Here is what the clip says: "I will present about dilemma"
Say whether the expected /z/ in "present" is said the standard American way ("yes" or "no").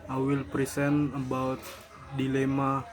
no